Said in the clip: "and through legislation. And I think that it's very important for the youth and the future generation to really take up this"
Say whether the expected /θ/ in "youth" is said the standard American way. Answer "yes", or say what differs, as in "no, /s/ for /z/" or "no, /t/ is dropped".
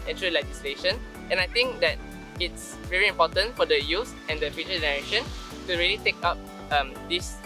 no, /s/ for /θ/